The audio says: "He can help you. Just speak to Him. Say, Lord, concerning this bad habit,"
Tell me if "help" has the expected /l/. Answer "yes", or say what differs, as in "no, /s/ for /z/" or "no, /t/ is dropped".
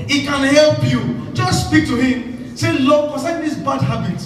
yes